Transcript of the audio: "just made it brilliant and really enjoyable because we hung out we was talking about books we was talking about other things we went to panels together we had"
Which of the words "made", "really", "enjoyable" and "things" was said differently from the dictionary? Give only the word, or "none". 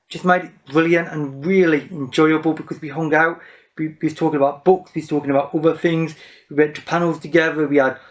none